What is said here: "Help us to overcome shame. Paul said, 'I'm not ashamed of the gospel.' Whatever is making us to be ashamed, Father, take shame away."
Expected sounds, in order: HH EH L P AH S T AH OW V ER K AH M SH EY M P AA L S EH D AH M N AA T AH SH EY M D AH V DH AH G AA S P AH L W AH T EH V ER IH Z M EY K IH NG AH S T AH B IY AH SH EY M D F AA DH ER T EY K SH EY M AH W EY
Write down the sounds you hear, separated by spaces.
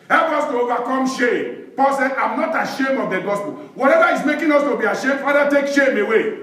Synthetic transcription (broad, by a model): HH EH L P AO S T AH OW V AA K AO M SH EY M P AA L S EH AH M N AA T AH SH EY M AH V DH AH G AA S P AH L W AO T EH V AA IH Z M EY K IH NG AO S T AH B IY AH SH EY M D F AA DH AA T EY K SH EY M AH W EY